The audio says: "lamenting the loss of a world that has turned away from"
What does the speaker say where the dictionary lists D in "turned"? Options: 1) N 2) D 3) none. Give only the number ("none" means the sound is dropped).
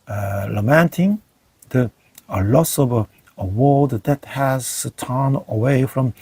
3